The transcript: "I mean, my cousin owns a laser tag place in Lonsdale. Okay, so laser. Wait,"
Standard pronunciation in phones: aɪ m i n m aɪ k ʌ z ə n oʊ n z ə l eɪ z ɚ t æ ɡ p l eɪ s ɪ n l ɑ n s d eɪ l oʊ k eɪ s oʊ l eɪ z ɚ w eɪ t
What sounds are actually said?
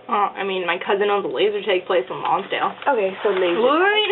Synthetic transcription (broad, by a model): aɪ m i n m aɪ k ʌ z ə n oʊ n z ə l eɪ z ɚ t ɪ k p l eɪ s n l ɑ n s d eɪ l oʊ k eɪ s oʊ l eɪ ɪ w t